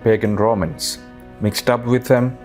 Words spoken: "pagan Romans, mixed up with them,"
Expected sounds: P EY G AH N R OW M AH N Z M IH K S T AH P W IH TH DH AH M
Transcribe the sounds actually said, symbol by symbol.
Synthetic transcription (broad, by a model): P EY G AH N R OW M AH N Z M IH K S T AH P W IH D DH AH M